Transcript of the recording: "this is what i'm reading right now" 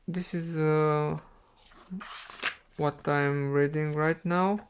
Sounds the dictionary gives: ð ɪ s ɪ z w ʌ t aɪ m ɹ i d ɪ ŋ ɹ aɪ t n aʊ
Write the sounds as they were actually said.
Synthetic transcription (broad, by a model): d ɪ s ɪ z w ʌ t aɪ m ɹ i d ɪ ŋ ɹ aɪ t n aʊ